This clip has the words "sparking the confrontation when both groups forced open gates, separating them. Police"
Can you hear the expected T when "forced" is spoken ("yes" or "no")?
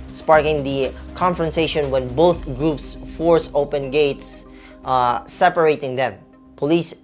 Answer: no